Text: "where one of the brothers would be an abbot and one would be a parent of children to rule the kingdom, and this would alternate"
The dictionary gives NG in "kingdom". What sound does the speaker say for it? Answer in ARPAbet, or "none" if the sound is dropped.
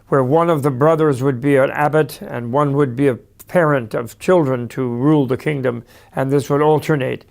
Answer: NG